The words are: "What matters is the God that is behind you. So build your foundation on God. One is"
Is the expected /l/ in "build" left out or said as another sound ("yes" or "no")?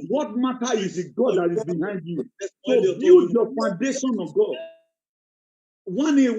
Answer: yes